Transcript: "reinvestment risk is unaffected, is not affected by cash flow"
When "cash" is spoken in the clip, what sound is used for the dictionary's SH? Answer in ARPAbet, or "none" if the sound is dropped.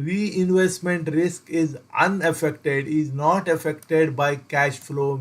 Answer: SH